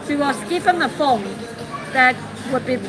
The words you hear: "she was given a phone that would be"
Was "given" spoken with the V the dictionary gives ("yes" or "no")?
no